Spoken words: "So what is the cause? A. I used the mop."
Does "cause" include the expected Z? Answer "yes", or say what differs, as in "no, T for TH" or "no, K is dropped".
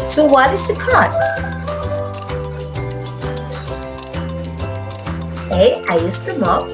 no, S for Z